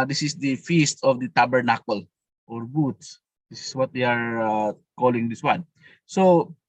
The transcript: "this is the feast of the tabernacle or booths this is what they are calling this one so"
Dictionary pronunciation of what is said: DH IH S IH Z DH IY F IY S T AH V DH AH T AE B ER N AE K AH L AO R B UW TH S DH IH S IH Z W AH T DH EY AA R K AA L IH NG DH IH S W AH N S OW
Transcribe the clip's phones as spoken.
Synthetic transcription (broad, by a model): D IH S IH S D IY F IY S T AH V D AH T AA B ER N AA K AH L AO R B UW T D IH S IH S W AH T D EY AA R K AA L IH NG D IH S W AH N S OW